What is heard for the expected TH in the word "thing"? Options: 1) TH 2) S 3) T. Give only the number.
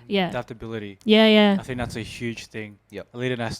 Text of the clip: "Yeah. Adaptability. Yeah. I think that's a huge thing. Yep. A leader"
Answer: 1